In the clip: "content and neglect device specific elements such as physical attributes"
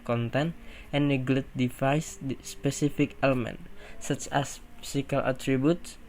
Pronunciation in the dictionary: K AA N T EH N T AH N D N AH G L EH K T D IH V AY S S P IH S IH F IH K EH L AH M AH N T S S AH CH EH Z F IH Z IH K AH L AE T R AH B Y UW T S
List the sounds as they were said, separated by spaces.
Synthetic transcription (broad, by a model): K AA N T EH N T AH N N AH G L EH T D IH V AY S S P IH S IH F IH K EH L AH M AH N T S S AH CH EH S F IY S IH K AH L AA T R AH B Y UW T S